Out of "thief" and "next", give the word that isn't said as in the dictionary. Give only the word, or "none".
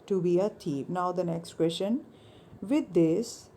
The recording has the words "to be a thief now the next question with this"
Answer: thief